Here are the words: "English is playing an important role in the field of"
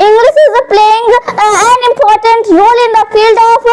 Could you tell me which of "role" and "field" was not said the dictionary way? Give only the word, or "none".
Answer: none